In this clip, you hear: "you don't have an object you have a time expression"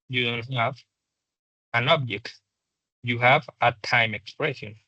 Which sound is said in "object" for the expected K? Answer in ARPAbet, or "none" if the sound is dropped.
K